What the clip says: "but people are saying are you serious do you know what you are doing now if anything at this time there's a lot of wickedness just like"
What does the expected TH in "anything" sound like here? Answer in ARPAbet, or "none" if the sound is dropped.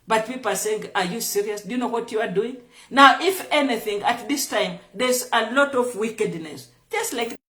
TH